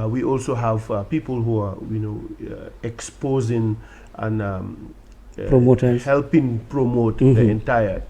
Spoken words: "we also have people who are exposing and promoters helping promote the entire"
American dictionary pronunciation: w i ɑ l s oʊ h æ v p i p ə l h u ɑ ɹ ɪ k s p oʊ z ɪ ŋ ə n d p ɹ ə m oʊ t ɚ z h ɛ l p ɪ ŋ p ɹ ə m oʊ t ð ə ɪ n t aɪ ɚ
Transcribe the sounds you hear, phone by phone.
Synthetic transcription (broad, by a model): w i ɑ l s oʊ h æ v p i p ə l h u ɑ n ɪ k s p oʊ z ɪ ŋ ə n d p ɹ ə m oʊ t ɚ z h ɛ l p ɪ ŋ p ɹ ə m oʊ t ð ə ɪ n t aɪ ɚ